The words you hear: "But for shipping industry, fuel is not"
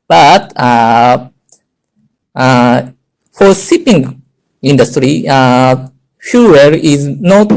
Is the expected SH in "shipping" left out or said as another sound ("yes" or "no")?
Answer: yes